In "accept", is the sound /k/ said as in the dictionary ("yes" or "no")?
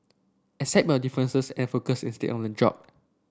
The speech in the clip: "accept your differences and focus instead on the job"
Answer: no